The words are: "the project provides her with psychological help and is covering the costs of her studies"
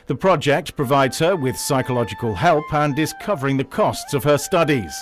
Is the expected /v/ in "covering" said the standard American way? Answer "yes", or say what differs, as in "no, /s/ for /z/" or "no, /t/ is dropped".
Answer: yes